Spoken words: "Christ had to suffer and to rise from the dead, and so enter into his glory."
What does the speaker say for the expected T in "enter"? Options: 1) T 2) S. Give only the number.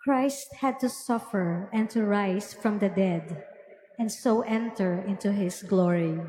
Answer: 1